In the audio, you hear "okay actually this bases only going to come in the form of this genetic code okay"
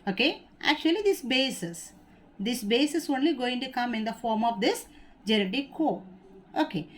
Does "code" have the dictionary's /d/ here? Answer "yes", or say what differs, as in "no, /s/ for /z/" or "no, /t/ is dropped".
no, /d/ is dropped